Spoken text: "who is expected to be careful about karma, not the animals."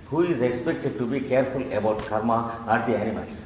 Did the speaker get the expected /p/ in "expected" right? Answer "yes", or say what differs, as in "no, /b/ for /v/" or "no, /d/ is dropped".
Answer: yes